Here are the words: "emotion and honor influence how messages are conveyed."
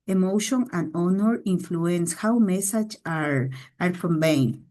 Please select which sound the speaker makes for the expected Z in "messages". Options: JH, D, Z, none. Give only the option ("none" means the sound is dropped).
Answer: none